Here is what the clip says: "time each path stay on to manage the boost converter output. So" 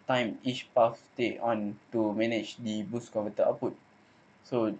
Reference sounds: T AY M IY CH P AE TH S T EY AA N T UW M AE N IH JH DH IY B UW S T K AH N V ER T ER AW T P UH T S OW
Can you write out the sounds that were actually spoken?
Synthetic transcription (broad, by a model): T AY M IY CH P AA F T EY AA N T UW M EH N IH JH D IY B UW S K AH V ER T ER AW P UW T S OW